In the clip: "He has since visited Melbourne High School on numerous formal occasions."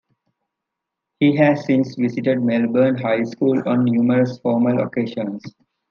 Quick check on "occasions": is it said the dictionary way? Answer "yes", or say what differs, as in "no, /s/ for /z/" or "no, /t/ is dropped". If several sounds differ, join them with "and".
no, /ʃ/ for /ʒ/ and /s/ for /z/